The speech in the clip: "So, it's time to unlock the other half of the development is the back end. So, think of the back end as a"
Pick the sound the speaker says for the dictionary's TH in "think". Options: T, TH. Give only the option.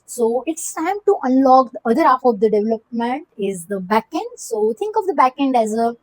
T